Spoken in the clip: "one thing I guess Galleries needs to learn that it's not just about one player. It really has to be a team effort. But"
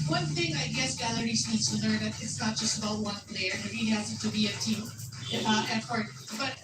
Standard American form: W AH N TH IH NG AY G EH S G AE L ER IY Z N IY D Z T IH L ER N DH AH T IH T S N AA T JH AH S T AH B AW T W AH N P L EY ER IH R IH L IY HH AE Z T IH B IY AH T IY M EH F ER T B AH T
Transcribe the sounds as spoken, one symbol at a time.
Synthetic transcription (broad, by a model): W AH N TH IH NG AY G EH S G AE L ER IY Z N IY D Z T IH L ER N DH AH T IH T S N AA T JH AH S T AH B AW T W AH N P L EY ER IH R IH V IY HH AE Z T IH B IY AH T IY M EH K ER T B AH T